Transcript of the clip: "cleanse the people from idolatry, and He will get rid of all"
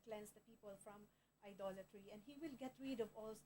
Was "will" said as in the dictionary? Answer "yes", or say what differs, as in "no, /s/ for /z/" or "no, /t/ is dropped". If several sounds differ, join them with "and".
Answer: yes